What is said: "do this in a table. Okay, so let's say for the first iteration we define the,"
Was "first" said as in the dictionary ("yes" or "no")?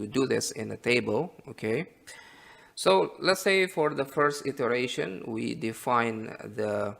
yes